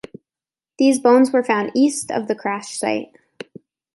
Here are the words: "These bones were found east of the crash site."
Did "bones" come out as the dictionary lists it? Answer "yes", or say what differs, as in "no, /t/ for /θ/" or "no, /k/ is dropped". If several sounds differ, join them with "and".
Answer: yes